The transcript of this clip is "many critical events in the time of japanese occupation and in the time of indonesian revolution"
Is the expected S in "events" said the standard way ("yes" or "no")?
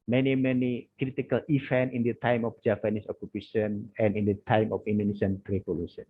no